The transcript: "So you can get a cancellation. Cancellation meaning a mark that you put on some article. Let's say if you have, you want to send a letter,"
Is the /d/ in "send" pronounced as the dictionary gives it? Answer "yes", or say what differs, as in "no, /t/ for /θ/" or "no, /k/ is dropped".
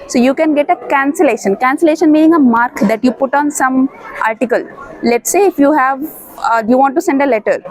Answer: yes